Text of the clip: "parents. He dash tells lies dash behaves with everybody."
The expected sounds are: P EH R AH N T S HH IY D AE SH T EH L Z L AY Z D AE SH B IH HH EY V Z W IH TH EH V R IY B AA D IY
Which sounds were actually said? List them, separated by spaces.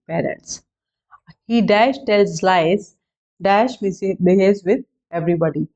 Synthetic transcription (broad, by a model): P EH R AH N T S HH IY D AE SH T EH L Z L AY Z D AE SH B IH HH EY Z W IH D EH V R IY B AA D IY